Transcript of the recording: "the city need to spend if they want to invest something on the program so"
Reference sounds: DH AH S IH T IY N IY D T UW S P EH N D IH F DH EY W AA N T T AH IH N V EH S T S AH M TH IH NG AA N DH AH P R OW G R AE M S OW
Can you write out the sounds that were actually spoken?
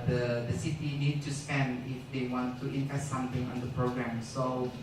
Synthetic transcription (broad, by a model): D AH S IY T IY N IY D T UW S P EH N D IH F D EY W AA N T T AH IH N P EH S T S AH M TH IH NG AA N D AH P R OW G R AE M S OW